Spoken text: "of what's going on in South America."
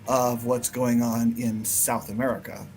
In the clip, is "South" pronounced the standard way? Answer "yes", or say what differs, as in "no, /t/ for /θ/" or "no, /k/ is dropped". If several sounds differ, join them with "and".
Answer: yes